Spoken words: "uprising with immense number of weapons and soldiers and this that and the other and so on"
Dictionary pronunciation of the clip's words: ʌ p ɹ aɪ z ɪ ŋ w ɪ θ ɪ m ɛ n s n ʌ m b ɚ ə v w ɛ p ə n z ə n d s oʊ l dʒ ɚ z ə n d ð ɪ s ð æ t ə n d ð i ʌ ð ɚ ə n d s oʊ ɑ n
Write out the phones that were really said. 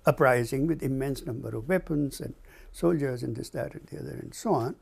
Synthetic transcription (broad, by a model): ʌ p ɹ aɪ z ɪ ŋ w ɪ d ɪ m ɛ n s n ʌ m b ɚ ə v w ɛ p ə n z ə n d s oʊ l dʒ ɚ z ə n d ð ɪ s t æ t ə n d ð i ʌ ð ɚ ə n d s oʊ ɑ n